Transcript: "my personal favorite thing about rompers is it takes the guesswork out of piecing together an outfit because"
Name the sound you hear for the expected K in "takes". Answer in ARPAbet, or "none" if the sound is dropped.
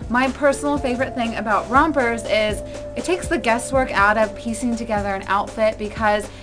K